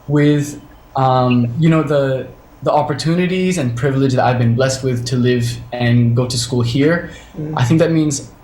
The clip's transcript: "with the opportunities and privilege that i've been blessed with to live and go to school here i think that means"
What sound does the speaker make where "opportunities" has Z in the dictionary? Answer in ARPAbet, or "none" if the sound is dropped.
Z